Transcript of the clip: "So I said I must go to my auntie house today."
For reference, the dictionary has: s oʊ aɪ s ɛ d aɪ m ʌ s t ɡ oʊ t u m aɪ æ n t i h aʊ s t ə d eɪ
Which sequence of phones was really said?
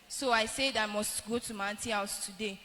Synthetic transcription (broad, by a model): s oʊ aɪ s ɛ d aɪ m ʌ s t ɡ oʊ t u m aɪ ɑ n t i h aʊ s t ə d eɪ